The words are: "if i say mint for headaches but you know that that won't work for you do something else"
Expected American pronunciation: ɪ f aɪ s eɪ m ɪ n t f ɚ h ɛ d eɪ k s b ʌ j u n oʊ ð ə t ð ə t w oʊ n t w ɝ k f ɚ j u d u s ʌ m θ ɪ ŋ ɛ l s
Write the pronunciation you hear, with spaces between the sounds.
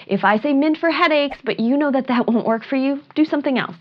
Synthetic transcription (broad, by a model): ɪ f aɪ s eɪ m ɪ n t f ɚ h ɛ d eɪ k s b ʌ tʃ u n oʊ ð ə t ð ə t w oʊ n t w ɝ k f ɚ j u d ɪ s ʌ m θ ɪ ŋ ɛ l s